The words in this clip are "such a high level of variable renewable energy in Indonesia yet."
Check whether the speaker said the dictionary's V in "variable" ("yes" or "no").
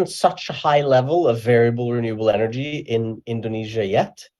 yes